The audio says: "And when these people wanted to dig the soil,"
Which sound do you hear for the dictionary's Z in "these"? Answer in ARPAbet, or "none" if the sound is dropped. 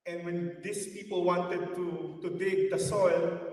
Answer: S